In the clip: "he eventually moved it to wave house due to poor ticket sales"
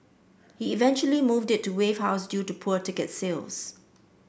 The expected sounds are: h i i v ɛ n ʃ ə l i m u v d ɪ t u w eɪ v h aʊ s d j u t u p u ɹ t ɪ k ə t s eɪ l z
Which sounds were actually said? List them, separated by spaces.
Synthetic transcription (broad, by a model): h i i v ɛ n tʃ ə l i m u v d ɪ t u w eɪ v h aʊ s d j u t u p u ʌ t ɪ k ə t s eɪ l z